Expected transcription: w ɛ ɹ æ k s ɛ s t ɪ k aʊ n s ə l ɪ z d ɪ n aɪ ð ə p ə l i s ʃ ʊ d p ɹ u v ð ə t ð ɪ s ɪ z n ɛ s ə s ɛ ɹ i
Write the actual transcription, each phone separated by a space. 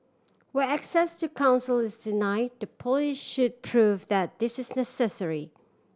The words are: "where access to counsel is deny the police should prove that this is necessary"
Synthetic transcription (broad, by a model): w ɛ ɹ æ k s ɛ s t ɪ k aʊ n s ə l ɪ z d ɪ n aɪ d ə p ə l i ʃ ʃ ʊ d p ɹ u v ð ə t ð ɪ s ɪ z n ɛ s ə s ɛ ɹ i